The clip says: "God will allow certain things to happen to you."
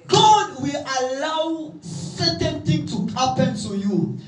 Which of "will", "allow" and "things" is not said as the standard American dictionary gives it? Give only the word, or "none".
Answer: things